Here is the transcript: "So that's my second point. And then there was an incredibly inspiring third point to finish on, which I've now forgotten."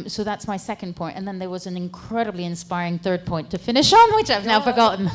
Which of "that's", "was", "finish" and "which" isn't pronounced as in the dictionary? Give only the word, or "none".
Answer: none